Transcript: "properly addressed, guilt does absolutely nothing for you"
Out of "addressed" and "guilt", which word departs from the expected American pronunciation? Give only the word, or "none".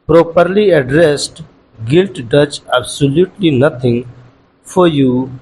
none